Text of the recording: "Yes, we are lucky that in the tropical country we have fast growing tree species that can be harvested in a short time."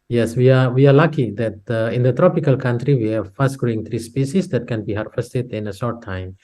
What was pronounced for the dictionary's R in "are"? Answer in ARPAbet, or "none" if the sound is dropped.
W